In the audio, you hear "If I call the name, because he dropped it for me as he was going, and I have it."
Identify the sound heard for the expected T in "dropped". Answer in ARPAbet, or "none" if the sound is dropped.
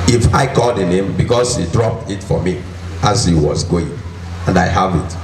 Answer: T